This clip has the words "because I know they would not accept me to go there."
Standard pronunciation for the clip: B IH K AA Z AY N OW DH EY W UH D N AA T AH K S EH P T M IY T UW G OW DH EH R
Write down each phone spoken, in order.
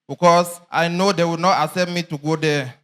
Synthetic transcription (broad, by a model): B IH K AA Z AY N OW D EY W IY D N AA T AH S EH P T M IY T UW G OW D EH